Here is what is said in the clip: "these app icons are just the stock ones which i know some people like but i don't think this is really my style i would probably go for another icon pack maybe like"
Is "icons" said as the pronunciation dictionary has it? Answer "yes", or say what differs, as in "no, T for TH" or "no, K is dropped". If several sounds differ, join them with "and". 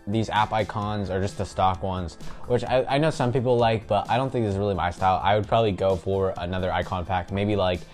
yes